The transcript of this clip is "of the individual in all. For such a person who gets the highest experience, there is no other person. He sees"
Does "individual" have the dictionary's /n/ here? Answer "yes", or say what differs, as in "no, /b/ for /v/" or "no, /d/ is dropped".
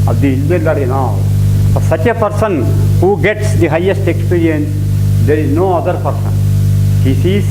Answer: no, /l/ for /n/